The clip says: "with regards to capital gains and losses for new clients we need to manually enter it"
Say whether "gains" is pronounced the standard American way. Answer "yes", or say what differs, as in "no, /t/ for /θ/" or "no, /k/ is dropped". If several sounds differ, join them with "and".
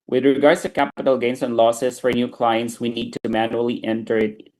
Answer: no, /s/ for /z/